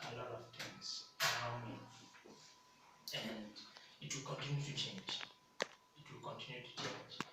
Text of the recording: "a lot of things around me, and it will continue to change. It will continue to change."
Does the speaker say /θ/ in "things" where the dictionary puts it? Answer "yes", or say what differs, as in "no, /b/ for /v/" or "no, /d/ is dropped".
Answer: no, /t/ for /θ/